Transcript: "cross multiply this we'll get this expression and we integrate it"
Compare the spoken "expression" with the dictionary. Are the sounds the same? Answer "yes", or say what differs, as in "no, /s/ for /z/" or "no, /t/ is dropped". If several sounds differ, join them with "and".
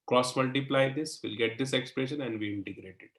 yes